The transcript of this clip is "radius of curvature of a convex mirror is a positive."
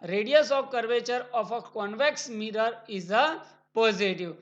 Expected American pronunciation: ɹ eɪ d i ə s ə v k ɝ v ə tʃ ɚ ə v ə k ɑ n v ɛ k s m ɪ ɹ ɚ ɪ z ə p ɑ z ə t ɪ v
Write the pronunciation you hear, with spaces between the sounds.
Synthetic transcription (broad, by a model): ɹ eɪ d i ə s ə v k ɝ v ə tʃ ɚ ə f ə k ɑ n v ɛ k s m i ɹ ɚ ɪ z ə p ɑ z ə t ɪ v